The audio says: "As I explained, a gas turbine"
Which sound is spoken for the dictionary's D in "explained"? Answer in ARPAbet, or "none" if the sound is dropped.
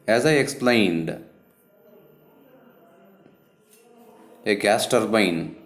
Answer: D